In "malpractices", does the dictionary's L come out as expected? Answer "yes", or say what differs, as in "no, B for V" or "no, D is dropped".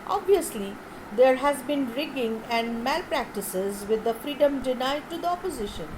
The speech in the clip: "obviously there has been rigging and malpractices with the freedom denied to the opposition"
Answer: yes